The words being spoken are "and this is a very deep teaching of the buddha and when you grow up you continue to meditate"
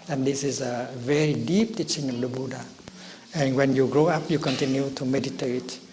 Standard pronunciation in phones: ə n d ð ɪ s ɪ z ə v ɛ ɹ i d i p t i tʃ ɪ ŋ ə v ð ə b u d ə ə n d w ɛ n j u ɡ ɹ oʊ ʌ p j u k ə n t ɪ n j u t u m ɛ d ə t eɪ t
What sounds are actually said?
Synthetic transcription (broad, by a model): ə n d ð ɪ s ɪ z ə v ɛ ɹ i d i p t i tʃ ɪ ŋ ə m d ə b u d ə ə n w ɛ n j u ɡ ɹ oʊ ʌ p j u k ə n t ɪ n j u t u m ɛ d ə t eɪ t